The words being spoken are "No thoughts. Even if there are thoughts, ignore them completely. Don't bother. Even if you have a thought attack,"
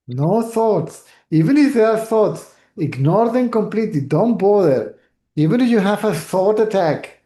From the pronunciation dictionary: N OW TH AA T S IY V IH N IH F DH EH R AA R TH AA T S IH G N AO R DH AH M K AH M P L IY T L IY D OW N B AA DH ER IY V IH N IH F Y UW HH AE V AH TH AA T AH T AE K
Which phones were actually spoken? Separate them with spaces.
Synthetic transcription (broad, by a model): N OW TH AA T S IY V IH N IH F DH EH AA R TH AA T S IH G N AO R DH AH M K AH M P L IY T L IY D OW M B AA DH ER IY V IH N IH Y UW HH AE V AH S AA T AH T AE K